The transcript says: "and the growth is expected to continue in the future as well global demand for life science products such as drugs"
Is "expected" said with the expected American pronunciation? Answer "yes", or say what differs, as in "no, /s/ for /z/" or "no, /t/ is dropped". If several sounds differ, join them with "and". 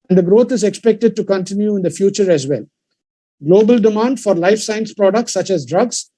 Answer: yes